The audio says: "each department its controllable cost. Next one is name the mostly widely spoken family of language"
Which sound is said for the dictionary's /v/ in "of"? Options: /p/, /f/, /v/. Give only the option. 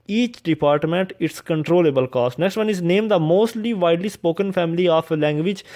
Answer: /p/